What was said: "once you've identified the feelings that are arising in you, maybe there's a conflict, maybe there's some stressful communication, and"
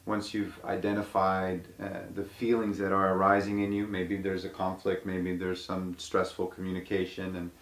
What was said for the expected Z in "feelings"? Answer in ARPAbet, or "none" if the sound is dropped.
Z